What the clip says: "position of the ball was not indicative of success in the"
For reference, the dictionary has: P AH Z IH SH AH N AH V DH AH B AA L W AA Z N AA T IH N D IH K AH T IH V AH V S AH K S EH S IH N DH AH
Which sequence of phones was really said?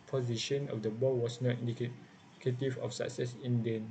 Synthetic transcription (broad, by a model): P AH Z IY SH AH N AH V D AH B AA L W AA S N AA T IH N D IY K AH T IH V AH F S AH K S EH S IH N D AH